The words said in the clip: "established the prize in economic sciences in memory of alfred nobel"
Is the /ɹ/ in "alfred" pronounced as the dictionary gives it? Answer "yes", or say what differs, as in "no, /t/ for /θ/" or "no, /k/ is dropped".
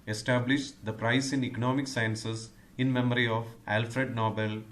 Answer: yes